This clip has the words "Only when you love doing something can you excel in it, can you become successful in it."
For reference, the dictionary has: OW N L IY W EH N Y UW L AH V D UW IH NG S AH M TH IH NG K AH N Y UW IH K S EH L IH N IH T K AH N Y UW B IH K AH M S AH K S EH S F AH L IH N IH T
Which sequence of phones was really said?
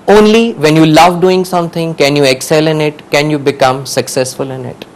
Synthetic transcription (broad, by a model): OW N L IY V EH N Y UW L AH V D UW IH NG S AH M T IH NG K AH N Y UW IH K S EH L IH N IH T K AH N Y UW B IH K AH M S AH K S EH S F AH L IH N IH T